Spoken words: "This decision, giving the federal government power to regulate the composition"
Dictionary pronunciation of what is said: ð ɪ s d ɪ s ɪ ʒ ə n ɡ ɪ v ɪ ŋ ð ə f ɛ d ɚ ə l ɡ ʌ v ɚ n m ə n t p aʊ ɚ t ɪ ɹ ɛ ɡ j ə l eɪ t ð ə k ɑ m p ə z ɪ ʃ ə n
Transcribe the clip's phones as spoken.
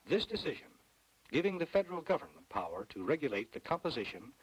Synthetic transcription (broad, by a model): ð ɪ s d ɪ s ɪ ʒ ə n ɡ ɪ v ɪ ŋ ð ə f ɛ d ɚ l ɡ ʌ v ɚ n m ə n p aʊ ɚ t ɪ ɹ ɛ ɡ j ə l eɪ t ð ə k ɑ m p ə z ɪ ʃ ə n